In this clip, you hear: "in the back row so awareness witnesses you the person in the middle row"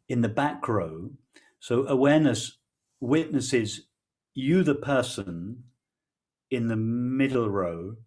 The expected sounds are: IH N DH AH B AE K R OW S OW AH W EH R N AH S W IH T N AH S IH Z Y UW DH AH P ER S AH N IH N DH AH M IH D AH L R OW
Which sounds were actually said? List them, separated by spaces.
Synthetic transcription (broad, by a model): IH N DH AH B AE K R OW S OW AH W EH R N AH S W IH T N AH S IH Z Y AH DH AH P ER S AH N IH N DH AH M IH D L R OW